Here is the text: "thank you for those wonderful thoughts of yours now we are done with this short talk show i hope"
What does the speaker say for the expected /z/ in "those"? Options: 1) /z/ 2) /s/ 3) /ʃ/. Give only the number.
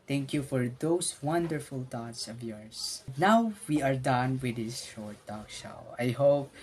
2